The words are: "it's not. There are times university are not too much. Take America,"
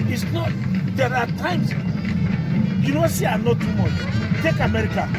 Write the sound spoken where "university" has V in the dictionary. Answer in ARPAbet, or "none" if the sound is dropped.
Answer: W